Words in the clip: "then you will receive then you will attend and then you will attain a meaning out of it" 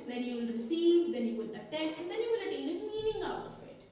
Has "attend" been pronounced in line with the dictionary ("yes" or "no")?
no